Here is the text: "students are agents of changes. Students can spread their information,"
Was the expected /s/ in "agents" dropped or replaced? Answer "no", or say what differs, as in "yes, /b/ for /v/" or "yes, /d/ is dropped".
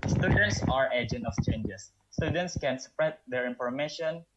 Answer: yes, /s/ is dropped